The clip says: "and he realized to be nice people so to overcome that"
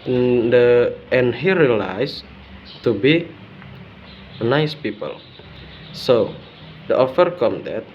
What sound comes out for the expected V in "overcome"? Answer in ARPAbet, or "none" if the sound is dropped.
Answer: F